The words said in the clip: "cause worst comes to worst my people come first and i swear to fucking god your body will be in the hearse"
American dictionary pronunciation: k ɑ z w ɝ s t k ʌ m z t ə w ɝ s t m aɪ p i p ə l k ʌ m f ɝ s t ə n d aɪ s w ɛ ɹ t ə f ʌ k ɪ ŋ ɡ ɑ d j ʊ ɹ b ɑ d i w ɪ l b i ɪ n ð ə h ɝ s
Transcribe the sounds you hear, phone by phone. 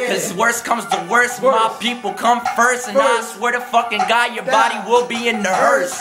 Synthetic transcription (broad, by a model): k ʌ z w ɝ s k ʌ m z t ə w ɝ s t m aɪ p i p l k ʌ m f ɝ s t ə n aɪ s w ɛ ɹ t ə f ʌ k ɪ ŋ ɡ ɑ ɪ j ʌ ɹ b ɑ d i w ɪ l b i ɪ n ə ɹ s